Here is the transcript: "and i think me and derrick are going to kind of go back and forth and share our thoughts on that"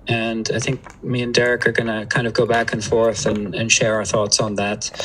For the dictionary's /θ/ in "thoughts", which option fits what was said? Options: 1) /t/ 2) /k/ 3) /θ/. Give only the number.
3